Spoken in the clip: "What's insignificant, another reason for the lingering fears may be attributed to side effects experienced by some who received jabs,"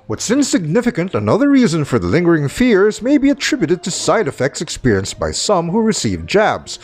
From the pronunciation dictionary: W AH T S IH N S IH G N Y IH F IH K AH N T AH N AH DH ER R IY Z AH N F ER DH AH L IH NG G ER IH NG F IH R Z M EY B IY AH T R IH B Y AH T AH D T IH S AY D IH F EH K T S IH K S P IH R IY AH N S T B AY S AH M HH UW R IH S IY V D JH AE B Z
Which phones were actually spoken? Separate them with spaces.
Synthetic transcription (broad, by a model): W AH T S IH N S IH G N IH F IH K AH N T AH N AH DH ER R IY Z AH N F ER DH AH L IH NG G ER IH NG F IH R Z M EY B IY AH T R IH B Y AH T AH D T IH S AY D IH F EH K T S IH K S P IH R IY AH N S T B AY S AH M HH UW R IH S IY V JH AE B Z